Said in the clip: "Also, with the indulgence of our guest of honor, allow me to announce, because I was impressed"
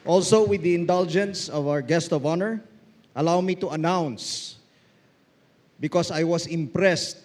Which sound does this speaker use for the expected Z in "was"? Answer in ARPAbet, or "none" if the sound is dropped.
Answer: S